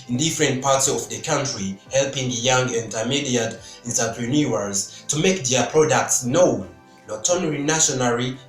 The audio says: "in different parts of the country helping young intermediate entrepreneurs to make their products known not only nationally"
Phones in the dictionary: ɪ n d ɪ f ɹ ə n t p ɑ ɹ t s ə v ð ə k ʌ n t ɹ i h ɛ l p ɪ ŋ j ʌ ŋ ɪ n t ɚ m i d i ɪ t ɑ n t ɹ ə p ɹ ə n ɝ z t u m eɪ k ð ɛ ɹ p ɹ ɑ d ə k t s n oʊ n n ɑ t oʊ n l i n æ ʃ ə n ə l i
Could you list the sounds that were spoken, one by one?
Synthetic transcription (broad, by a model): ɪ n d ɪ f ɹ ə n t p ɑ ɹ t s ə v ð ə k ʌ n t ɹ i h ɛ l p ɪ ŋ j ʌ ŋ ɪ n t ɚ m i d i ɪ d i n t ə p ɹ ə n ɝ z t u m eɪ k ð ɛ p ɹ ɑ d ə k t s n oʊ n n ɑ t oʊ n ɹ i n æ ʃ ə n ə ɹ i